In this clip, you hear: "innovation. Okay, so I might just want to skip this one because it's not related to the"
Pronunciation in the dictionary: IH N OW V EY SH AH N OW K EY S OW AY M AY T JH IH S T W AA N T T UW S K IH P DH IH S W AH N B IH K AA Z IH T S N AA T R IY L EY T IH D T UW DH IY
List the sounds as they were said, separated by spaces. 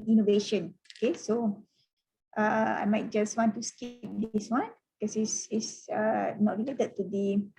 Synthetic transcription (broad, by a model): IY N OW V EY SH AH N OW K EY S OW AY M AY T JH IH S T W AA N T T UW S K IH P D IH S W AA N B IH K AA S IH S S N AA T R IY L EY T IH D T UW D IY